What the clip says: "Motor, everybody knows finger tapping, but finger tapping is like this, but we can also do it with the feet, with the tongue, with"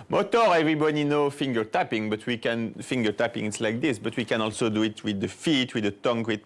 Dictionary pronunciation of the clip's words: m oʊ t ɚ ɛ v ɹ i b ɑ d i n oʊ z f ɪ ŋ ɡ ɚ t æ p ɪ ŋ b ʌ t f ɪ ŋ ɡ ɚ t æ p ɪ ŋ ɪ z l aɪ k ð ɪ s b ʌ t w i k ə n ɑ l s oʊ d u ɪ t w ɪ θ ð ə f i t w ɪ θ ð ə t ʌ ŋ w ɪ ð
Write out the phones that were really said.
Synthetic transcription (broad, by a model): m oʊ t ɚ ɛ v ɹ i b ɑ d i n oʊ f ɪ ŋ ɡ ɚ t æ p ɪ ŋ b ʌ t f ɪ ŋ ɡ ɚ t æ p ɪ ŋ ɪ s l aɪ k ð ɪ s b ʌ t w i k ə n ɑ l s oʊ d u ɪ t w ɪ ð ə f i t w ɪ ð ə t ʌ ŋ w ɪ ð